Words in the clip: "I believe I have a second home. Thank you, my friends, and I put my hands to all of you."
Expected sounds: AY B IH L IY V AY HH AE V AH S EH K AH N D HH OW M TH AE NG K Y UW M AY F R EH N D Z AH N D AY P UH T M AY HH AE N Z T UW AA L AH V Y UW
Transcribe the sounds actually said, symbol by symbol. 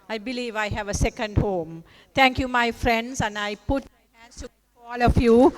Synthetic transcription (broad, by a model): AY B IH L IY V AY HH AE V AH S EH K AH N D HH OW M T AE NG K Y UW M AY F R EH N D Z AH N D AY P UH T M AY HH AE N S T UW AA L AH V Y UW